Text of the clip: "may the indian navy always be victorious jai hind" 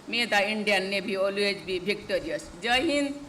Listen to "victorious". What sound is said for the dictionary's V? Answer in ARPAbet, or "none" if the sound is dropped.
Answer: B